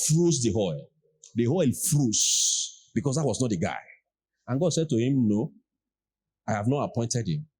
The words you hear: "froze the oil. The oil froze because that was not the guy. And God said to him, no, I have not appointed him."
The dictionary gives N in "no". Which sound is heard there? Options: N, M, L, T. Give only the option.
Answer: N